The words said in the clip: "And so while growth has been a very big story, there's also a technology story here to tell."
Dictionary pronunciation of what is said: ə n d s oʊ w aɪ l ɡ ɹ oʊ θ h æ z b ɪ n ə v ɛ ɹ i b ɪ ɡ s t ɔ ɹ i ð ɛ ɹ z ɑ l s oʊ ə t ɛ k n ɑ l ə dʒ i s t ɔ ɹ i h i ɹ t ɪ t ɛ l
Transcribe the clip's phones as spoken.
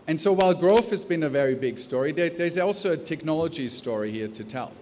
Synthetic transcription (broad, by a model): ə n s oʊ w aɪ l ɡ ɹ oʊ f h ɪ z b ɪ n ə v ɛ ɹ i b ɪ ɡ s t ɔ ɹ i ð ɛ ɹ z ɑ l s oʊ ə t ɛ k n ɑ l ə dʒ i s t ɔ ɹ i h i ɹ t ɪ t ɛ l